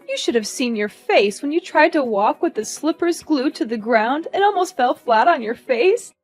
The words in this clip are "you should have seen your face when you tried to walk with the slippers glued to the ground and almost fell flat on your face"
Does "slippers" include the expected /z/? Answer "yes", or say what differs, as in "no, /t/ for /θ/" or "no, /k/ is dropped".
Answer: yes